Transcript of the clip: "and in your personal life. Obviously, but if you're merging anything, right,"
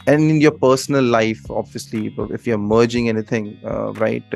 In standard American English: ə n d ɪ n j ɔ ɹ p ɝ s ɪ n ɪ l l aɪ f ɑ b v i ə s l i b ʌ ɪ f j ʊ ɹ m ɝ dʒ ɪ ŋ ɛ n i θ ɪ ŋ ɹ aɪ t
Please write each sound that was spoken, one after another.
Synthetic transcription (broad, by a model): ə n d ɪ n j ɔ p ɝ s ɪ n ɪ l l aɪ f ɑ b v i ə s l i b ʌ ɪ f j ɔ m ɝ dʒ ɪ ŋ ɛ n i t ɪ ŋ ɹ aɪ t